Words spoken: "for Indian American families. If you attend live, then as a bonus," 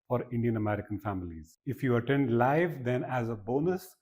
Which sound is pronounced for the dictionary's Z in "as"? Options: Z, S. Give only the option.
Z